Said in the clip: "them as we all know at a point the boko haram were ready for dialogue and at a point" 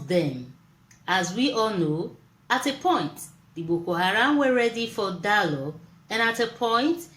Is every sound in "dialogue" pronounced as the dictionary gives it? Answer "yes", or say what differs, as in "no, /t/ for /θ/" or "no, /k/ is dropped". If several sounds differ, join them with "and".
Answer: no, /ɡ/ is dropped